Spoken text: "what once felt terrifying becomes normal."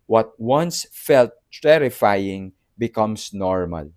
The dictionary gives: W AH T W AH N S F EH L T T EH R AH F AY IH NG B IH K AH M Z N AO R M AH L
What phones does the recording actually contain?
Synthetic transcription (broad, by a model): W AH T W AH N S F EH L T T EH R AH F AY IH NG B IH K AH M S N AO R M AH L